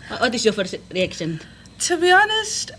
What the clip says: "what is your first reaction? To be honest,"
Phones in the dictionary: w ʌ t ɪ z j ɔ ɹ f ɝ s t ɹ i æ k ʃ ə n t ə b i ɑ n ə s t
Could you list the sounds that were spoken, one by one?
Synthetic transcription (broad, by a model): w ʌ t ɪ s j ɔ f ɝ t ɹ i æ k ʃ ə n t ə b i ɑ n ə s t